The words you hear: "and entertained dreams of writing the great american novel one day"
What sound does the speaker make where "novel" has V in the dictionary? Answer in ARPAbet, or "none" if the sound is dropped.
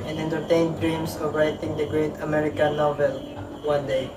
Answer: V